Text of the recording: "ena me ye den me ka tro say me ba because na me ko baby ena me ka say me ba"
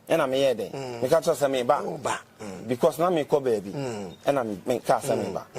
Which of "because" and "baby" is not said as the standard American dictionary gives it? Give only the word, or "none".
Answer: because